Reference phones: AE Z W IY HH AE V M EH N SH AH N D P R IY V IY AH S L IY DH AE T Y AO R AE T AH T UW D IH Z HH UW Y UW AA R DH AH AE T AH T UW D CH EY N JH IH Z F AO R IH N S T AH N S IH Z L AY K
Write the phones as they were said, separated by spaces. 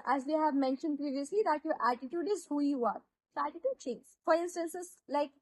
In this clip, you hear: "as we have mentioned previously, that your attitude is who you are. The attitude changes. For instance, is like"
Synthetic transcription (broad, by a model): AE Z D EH HH AE V M EH N SH AH N D P R IY V IY AH S L IY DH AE T Y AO R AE T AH T UW D IH Z HH UW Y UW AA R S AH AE T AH T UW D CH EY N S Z F AO R IH N S T AH N S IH S L AY K